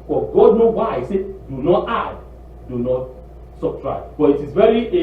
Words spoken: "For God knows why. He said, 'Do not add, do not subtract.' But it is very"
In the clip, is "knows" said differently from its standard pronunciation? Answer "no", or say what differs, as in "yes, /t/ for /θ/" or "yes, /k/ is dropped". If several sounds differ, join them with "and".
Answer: yes, /z/ is dropped